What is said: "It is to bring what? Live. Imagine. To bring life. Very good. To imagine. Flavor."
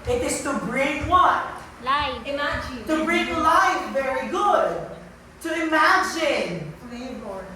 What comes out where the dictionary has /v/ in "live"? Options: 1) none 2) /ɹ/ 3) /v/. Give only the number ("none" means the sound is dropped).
1